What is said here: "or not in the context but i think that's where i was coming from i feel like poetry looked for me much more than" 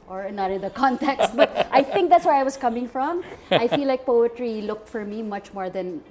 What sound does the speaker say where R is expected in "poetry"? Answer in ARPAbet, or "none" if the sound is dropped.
R